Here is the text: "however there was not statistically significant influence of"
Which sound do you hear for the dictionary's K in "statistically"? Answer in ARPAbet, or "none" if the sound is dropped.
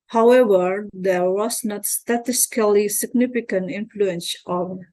none